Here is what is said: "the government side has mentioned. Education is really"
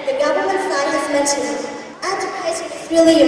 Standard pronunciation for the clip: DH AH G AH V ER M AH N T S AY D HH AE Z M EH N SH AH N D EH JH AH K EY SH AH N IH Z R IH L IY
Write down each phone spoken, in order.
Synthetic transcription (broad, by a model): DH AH G AH V ER M AH N T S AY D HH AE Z M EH N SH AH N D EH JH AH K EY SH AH IH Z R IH L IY